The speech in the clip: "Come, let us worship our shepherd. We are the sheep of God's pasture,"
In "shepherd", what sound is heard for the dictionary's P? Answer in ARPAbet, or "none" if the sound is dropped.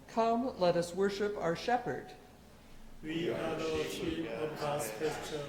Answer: P